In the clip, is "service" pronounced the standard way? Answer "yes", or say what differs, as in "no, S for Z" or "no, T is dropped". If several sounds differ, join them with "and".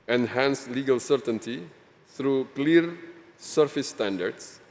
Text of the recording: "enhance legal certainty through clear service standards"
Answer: no, F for V